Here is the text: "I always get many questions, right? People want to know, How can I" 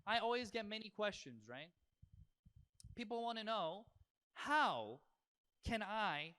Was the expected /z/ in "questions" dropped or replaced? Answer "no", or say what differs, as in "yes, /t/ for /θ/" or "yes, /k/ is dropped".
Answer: no